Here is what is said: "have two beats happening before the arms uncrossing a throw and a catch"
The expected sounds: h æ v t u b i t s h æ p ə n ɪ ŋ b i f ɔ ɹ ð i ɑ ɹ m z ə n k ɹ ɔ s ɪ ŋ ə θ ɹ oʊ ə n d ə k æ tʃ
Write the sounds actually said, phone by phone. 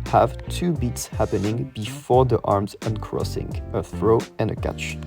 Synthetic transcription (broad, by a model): h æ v t u b i t s h æ p ə n ɪ ŋ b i f ɔ ɹ ð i ɑ ɹ m z ə n k ɹ ɔ s ɪ ŋ ə θ ɹ oʊ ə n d ə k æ tʃ